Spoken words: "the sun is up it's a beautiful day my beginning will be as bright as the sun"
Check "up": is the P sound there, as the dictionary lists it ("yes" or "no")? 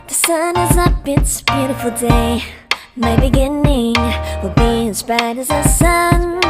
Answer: no